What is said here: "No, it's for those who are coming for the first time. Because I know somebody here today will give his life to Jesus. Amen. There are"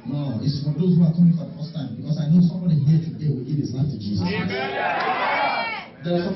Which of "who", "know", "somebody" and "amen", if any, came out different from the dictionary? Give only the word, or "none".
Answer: amen